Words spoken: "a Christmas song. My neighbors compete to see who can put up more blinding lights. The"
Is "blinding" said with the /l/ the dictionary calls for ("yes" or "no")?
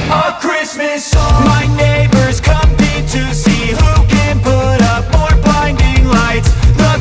no